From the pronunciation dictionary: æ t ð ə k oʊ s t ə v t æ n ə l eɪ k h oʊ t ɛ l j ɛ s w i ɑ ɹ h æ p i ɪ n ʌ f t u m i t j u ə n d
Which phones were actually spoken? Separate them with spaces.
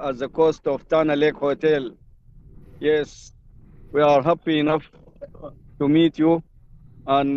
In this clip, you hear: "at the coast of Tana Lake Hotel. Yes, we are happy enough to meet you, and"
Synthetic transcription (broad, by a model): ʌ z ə k oʊ s t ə f t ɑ n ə l eɪ k h oʊ t ɛ l j ɛ s w i ɑ ɹ h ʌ p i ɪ n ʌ f t u m i t j u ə n